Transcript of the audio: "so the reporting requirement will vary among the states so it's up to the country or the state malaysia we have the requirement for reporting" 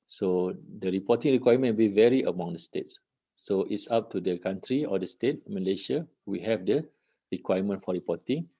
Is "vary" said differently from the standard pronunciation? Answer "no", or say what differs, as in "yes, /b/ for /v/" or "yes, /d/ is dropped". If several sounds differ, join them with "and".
no